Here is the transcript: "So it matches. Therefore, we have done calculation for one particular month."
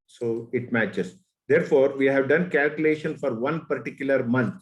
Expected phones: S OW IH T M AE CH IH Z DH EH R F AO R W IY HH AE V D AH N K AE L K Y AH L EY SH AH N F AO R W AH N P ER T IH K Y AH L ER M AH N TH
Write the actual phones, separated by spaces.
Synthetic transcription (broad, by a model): S OW IH T M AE CH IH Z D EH R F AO R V IY HH AE V D AH N K AE L K Y AH L EY SH AH N F AO R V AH N P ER T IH K Y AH L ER M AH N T